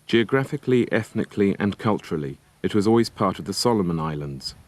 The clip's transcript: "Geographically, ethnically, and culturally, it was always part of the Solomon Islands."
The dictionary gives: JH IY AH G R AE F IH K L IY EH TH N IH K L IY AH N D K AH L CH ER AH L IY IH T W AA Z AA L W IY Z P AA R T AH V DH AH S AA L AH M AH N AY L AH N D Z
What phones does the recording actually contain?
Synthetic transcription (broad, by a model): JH IY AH G R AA F IH K L IY EH TH N IH K L IY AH N K AH L CH ER AH L IY IH T W AA Z AA L W IY Z P AA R T AH V DH AH S AA L AH M AH N AY L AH N D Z